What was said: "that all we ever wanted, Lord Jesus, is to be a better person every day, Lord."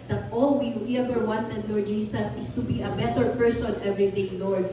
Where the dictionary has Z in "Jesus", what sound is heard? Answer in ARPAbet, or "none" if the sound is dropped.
S